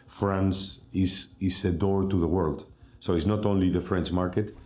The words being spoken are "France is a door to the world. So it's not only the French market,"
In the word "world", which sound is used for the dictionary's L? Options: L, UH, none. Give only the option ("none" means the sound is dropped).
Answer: L